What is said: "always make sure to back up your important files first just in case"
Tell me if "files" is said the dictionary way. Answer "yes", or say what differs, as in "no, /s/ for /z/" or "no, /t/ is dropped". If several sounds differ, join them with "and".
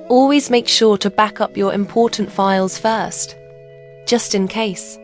yes